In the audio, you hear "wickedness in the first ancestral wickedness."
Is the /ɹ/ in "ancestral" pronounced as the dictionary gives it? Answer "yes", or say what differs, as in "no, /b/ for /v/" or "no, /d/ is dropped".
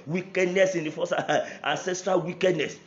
yes